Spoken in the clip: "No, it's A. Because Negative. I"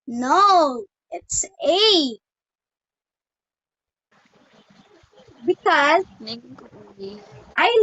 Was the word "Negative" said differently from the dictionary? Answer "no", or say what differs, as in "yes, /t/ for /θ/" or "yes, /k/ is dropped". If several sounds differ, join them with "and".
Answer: yes, /v/ is dropped